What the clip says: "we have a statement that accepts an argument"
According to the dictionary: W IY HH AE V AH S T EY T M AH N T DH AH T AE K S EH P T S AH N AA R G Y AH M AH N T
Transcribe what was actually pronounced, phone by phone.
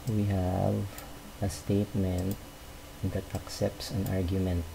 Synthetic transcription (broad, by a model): W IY HH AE V AH S T EY T M AH N T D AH T AE K S EH P T S AH N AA R G Y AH M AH N T